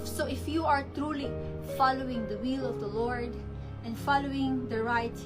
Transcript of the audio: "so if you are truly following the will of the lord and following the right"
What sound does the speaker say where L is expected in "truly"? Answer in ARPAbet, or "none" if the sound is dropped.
L